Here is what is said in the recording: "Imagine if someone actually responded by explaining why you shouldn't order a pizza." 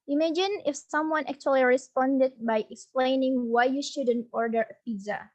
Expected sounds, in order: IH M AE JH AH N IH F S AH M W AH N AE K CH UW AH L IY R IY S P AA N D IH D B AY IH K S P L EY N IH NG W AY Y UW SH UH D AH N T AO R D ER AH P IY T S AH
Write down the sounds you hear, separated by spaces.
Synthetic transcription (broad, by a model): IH M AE JH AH N IH F S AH M W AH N AE K CH UW AH L IY R IY S P AA N D IH D B AY IH K S P L EY N IH NG W AY Y UW SH UH D AH N T AO R D ER AH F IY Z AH